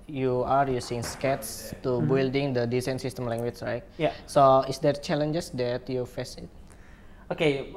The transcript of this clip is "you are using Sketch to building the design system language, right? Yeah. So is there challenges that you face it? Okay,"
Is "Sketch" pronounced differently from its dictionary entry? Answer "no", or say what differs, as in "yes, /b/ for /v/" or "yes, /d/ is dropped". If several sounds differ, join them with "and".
yes, /s/ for /tʃ/